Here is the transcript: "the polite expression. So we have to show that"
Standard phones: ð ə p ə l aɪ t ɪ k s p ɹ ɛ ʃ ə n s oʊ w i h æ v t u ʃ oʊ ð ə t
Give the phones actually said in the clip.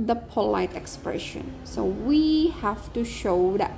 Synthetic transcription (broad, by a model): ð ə p ə l aɪ t ɪ k s p ɹ ɛ ʃ ə n s oʊ w i h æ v t u ʃ oʊ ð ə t